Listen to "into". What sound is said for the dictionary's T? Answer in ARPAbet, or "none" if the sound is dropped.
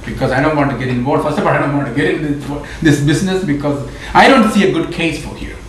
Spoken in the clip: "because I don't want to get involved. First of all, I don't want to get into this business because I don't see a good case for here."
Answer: S